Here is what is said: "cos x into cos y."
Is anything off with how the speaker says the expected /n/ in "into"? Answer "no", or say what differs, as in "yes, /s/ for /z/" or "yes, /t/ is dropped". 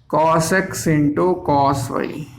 no